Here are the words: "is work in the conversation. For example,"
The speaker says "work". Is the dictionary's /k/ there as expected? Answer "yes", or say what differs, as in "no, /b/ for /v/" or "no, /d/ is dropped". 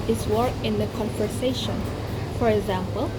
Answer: no, /k/ is dropped